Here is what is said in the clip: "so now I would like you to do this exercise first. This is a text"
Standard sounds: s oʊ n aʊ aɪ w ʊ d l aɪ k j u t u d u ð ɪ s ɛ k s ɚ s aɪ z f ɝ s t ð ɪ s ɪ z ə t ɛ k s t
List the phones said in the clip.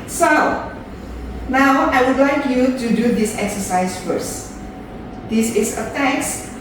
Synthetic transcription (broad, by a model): s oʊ n aʊ aɪ w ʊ d l aɪ k j u t u d u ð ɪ s ɛ k s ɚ s aɪ s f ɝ s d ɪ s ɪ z ə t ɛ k s